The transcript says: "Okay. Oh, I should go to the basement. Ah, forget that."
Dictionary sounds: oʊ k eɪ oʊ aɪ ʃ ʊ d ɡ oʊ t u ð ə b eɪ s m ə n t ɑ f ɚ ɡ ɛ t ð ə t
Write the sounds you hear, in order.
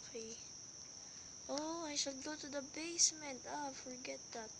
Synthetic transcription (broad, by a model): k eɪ oʊ aɪ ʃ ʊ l ɡ oʊ t u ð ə b eɪ s m ə n t ɑ f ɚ ɡ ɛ t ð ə t